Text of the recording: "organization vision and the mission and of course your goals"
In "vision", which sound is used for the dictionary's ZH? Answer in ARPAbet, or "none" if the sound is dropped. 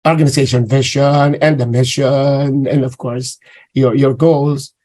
SH